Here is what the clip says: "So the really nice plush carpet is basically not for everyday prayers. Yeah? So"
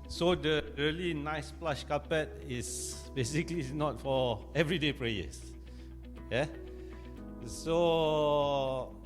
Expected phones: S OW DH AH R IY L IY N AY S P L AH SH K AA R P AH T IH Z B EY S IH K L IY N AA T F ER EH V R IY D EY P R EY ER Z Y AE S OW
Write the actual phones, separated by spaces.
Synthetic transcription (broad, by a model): S OW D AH R IY L IY N AY S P L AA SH K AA P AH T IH S B EY S IH K L IY N AA T F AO EH V R IY D EY P R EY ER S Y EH S OW